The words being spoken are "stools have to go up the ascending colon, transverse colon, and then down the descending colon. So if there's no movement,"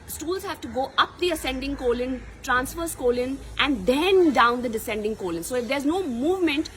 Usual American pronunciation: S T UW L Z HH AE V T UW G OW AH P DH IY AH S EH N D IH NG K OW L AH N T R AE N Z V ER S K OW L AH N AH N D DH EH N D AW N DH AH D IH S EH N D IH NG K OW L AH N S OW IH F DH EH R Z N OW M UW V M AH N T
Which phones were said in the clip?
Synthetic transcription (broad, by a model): S T UW L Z HH AE V T UW G OW AH P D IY AH S EH N D IH NG K OW L AH N T R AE N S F ER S K OW L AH N AH N D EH N D AW N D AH D IH S EH N D IH NG K OW L AH N S OW IH F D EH R Z N OW M UW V M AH N T